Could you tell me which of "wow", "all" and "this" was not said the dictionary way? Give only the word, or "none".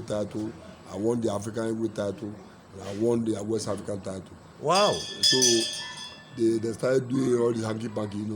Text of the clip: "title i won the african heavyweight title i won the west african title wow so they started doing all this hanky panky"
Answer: this